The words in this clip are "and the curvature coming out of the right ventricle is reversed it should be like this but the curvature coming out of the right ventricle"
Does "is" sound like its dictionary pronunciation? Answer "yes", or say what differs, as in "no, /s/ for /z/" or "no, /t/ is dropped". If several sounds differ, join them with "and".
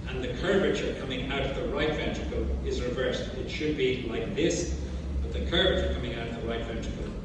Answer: yes